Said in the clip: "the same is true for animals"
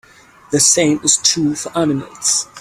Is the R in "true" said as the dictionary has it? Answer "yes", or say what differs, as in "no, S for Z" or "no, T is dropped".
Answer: no, R is dropped